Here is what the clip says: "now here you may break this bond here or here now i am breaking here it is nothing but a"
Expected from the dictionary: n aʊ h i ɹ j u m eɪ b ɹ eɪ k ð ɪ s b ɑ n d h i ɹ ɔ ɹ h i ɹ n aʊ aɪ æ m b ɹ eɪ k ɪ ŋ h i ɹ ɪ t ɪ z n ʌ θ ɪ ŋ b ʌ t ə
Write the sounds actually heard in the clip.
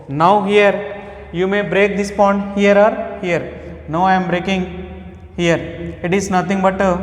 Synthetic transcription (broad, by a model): n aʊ h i ɹ j u m eɪ b ɹ eɪ k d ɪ s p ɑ n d h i ɹ ɔ ɹ h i ɹ n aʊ aɪ m b ɹ eɪ k ɪ ŋ h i ɹ ɪ t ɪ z n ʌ t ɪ ŋ b ʌ t